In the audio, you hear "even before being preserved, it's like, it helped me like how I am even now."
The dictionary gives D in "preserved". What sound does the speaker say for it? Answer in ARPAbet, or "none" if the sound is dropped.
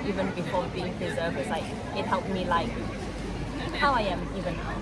none